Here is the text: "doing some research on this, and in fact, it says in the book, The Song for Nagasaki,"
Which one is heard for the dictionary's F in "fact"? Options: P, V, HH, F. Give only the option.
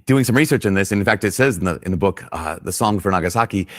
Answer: F